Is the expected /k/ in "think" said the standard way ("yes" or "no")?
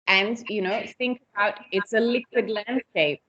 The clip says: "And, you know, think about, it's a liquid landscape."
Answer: yes